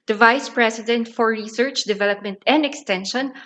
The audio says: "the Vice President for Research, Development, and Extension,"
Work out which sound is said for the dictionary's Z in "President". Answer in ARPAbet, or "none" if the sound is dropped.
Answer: S